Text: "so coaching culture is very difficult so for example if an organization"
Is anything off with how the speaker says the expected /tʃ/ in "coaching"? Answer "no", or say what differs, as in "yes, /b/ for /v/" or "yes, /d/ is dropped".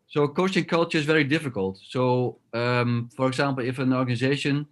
yes, /s/ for /tʃ/